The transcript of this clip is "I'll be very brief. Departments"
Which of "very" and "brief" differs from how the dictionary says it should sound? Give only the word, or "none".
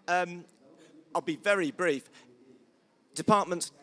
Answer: none